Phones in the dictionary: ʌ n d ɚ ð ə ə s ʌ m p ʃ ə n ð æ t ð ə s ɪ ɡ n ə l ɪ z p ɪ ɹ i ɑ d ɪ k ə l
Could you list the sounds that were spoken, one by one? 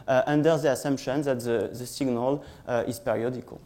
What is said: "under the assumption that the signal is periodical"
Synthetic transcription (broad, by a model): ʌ n d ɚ ð ə ə s ʌ m p ʃ ə n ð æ t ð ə s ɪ ɡ n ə l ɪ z p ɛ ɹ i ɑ d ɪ k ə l